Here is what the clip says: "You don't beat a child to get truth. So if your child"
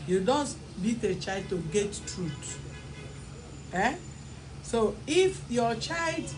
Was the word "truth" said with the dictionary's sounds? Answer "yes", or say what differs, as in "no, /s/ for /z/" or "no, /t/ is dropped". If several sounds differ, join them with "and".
no, /t/ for /θ/